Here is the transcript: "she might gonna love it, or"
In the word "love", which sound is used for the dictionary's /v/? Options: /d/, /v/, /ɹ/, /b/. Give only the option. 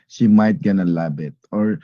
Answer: /b/